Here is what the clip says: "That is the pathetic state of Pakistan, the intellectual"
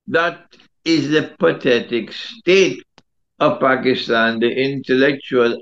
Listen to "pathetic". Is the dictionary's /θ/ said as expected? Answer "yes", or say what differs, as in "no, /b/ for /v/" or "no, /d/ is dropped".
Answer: no, /t/ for /θ/